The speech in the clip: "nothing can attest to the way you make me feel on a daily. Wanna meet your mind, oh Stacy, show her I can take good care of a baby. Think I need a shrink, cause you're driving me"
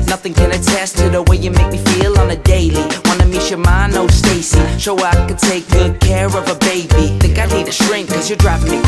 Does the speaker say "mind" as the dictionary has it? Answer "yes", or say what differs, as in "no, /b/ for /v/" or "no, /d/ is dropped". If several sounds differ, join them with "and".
no, /d/ is dropped